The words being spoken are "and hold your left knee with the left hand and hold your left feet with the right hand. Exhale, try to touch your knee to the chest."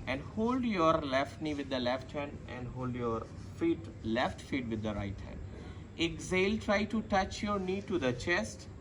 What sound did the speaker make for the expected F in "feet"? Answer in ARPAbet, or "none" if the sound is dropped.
F